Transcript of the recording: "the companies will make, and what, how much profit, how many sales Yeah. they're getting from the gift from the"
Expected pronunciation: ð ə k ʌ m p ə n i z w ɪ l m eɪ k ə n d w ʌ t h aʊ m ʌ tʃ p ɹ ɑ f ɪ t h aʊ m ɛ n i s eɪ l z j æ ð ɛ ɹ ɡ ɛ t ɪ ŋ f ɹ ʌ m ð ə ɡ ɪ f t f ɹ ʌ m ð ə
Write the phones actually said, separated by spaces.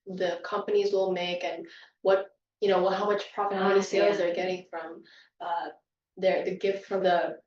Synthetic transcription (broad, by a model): ð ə k ʌ m p ə n i z w ɪ l m eɪ k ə n w ʌ t h aʊ m ʌ tʃ p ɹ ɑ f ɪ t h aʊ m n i s eɪ l z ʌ ɹ ɡ ɛ t ɪ ŋ f ɹ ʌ m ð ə ɡ ɪ f t f ɹ ʌ m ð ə